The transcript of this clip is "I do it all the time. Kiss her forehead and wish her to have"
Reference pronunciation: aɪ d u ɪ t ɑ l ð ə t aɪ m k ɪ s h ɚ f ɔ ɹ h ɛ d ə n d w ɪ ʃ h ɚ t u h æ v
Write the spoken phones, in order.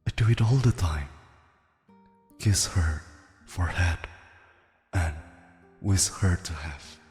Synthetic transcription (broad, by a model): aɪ d u ɪ t ɑ l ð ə t aɪ m k ɪ s h ɚ f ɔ ɹ h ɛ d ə n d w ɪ s h ɚ t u h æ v